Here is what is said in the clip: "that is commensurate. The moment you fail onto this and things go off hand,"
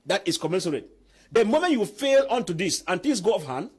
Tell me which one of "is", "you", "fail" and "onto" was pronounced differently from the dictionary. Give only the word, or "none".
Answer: is